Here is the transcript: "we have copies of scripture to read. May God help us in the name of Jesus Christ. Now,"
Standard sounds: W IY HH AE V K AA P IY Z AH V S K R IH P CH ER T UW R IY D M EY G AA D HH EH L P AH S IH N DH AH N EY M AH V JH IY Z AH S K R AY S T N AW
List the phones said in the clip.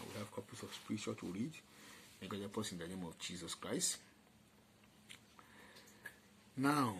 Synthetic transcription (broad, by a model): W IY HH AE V K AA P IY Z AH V S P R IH CH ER T UW R IY D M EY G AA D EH P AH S IH N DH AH N EY M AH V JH IY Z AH S K R AY S T N AW